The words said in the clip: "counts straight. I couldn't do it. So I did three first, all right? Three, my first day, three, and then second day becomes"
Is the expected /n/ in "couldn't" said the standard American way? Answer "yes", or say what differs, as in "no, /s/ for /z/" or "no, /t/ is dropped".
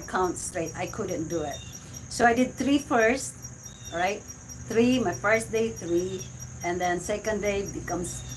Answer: yes